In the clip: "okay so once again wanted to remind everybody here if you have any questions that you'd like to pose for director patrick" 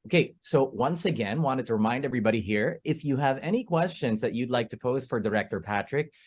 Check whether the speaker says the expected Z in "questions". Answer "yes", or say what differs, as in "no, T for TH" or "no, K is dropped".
yes